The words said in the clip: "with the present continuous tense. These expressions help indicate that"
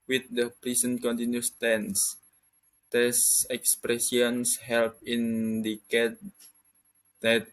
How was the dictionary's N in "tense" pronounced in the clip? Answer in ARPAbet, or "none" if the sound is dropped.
N